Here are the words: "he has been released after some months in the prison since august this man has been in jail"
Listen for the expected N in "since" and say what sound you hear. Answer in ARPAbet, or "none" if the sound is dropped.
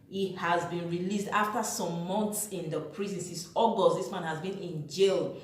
none